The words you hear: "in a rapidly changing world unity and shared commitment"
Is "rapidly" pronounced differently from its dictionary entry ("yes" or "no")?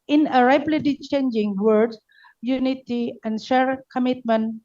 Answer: yes